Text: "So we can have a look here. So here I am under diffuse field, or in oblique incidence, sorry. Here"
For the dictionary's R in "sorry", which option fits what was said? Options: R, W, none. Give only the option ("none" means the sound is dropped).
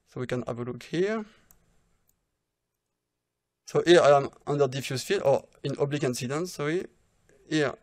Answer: none